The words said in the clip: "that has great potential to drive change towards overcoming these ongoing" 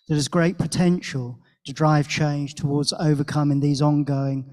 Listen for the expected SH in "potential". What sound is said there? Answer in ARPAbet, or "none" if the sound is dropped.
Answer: SH